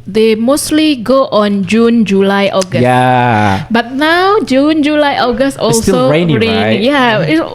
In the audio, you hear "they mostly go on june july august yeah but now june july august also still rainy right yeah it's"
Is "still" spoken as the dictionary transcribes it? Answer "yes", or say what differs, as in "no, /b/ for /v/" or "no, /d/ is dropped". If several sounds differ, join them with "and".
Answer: no, /n/ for /l/